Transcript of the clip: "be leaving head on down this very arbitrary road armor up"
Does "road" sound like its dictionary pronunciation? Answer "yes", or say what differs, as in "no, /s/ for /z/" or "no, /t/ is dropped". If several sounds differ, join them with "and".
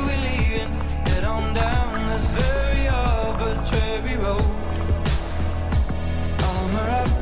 no, /d/ is dropped